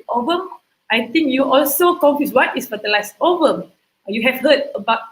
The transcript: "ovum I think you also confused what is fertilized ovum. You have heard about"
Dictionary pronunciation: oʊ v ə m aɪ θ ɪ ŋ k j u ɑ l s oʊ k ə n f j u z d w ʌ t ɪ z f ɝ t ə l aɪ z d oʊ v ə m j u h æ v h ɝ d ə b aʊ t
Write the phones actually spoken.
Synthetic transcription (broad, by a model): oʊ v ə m aɪ t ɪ ŋ k j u ɑ l s oʊ k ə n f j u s w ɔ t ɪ s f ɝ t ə l aɪ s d oʊ v ə m j u h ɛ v h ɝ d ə b aʊ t